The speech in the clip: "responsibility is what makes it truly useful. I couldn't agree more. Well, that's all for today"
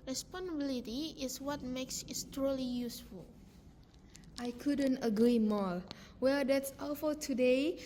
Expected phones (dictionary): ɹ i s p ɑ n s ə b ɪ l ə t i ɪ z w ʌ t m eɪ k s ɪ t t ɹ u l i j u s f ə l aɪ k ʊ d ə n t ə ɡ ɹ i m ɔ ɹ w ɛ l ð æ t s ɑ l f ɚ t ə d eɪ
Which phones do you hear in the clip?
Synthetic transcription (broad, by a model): ɹ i s p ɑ n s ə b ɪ l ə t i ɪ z w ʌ t m eɪ k s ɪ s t ɹ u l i j u s f ə l aɪ k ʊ d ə n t ə ɡ ɹ i m ɔ l w ɛ l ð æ t s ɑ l f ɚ t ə d eɪ